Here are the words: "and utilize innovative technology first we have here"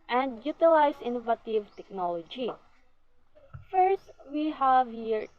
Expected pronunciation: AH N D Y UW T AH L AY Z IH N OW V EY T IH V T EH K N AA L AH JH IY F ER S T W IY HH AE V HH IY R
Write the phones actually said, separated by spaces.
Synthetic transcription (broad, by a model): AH N D Y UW T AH L AY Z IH N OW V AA T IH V T EH K N AA L AH JH IY F ER S T W IY HH AE V HH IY R